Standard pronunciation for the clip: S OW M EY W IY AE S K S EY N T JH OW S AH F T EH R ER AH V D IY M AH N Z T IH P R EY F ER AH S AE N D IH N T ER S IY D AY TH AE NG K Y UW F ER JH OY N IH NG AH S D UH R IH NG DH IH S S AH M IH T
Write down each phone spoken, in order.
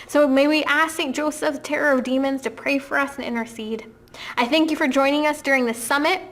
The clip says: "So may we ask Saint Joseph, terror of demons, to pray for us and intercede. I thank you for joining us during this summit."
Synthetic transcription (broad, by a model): S OW M EY W IY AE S S EY N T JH OW S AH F T EH R ER AH V D IY M AH N Z T IH P R EY F ER AH S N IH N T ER S IY D AY TH AE NG K Y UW F ER JH OY N IH NG AH S D UH R IH NG DH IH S S AH M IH T